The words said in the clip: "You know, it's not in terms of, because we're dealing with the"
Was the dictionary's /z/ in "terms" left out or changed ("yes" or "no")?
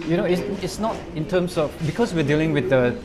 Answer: yes